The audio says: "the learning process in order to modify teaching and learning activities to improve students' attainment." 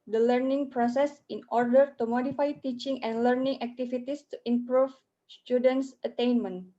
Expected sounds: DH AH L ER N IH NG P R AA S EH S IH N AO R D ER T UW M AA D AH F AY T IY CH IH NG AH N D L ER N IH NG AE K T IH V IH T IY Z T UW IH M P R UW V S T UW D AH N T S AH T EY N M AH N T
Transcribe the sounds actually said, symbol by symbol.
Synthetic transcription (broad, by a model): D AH L ER N IH NG P R AA S EH S IH N AO R D ER T UW M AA D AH F AY T IY CH IH NG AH N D L ER N IH NG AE K T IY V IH T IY S T UW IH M P R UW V S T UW D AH N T S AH T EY N M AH N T